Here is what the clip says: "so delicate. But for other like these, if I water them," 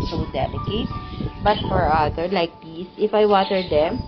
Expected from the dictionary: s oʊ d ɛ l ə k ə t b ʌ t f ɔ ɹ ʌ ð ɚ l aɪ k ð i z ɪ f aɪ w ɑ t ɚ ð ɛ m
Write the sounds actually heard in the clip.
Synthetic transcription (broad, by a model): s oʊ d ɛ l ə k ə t b ʌ t f ɔ ɹ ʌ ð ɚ l aɪ k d i s ɪ f aɪ w ɑ t ɚ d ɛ m